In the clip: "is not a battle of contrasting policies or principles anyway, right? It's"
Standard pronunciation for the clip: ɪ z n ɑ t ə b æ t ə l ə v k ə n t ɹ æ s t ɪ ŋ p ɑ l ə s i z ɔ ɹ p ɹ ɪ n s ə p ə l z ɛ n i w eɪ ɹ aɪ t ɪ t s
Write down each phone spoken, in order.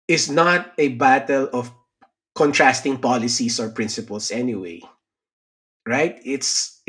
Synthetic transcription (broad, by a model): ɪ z n ɑ t ə b æ t ə l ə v k ə n t ɹ æ s t ɪ ŋ p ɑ l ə s i s ɔ ɹ p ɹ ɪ n s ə p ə l s ɛ n i w eɪ ɹ aɪ t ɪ t s